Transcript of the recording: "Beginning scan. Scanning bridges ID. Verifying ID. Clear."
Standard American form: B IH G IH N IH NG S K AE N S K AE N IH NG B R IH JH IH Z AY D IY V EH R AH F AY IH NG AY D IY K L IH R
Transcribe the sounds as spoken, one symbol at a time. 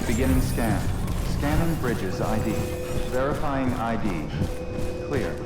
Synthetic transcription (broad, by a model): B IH G IH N IH NG S K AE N S K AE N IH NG B R IH JH IH Z AY D IY V EH R AH F AY IH NG AY D IY K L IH R